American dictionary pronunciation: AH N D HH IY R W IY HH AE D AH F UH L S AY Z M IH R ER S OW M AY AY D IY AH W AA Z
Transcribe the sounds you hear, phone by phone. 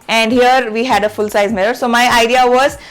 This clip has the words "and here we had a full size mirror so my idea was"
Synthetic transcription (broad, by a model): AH N D HH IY R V IY HH AE D AH F UH L S AY Z M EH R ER S OW M AY AY D IY AH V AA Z